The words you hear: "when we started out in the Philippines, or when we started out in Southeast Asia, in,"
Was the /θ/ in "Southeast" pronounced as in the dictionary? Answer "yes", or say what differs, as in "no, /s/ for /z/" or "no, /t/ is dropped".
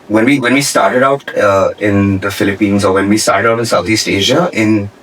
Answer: no, /t/ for /θ/